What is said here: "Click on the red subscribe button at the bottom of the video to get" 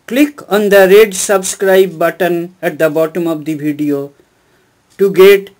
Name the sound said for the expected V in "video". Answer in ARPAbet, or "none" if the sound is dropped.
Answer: B